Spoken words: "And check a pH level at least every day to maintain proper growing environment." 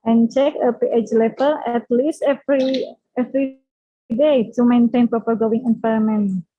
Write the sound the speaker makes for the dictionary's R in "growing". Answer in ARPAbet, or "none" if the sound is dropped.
none